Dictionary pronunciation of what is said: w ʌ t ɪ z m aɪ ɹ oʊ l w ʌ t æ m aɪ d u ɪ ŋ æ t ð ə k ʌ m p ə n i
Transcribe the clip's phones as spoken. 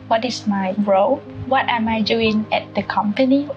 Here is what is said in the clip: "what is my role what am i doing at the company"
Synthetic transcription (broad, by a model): w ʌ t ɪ s m aɪ ɹ oʊ l w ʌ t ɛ m aɪ d u ɪ ŋ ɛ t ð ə k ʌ m p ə n i